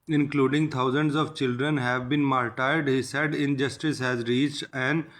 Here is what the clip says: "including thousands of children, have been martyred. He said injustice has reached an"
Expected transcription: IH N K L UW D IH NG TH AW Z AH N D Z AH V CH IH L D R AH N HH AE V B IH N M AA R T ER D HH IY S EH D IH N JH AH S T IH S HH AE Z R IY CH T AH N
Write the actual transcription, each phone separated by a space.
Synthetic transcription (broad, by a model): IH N K L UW D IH NG T AW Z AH N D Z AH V CH IH L D R AH N HH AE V B IH N M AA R T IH D HH IY S EH D IH N JH AH S T IH S HH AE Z R IY CH T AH N